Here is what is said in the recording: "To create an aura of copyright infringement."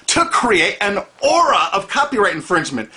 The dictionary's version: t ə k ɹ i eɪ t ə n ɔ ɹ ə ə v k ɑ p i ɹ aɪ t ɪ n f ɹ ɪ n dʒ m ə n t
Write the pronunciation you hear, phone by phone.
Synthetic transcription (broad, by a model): t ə k ɹ i eɪ t ə n ɔ ɹ ə ə v k ɑ p i ɹ aɪ t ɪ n f ɹ ɪ n dʒ m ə n t